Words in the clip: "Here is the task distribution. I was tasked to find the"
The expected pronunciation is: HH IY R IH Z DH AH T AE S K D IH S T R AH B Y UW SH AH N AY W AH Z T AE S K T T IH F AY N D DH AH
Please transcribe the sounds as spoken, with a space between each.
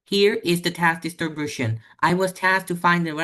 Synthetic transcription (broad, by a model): HH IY R IH Z DH AH T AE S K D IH S T AH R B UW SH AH N AY W AH Z T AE S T T IH F AY N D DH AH